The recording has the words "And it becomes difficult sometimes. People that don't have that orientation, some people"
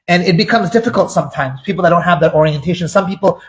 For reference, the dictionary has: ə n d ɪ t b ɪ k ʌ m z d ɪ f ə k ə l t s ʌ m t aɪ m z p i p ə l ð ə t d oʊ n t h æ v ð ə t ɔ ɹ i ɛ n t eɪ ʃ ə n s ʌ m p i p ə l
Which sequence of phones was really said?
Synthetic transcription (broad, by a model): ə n ɪ t b ɪ k ʌ m z d ɪ f ə k ə l t s ʌ m t aɪ m z p i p l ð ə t d oʊ n t h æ v ð ə t ɔ ɹ i ɛ n t eɪ ʃ ə n s ʌ m p i p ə l